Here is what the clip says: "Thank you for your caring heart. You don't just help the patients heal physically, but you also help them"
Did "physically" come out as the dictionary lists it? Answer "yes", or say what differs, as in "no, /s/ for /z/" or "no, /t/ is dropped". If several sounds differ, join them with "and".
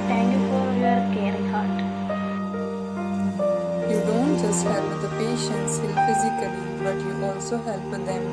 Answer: yes